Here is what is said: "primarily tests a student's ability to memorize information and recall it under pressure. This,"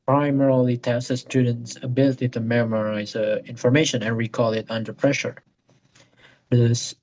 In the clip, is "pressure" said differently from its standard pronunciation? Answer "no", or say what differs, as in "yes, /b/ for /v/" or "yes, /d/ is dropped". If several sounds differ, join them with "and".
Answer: no